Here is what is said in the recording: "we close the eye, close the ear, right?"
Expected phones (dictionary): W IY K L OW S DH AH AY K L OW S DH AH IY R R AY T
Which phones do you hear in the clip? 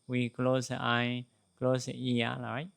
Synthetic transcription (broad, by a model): W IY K L OW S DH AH AY K L OW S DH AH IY L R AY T